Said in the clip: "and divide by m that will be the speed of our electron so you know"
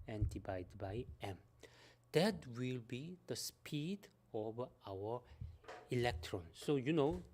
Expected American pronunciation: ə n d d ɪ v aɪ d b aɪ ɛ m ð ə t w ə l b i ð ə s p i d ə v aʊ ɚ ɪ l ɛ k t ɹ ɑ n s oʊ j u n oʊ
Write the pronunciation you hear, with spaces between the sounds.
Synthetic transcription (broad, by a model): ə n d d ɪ b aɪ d b aɪ ɛ m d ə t w ə l b i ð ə s p i d ə v aʊ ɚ ɪ l ɛ k t ɹ ɑ n s oʊ j u n oʊ